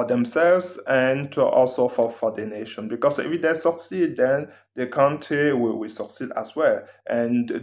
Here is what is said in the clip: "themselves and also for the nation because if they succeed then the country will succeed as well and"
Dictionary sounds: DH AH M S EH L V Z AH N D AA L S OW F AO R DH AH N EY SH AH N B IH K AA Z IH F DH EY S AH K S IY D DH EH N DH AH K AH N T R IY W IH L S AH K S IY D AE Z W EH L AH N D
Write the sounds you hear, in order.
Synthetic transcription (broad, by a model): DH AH M S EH L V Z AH N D AA L S OW F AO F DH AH N EY SH AH N B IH K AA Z IH F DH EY S AH K S IY D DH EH N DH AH K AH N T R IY W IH W S AH K S IY D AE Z W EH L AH N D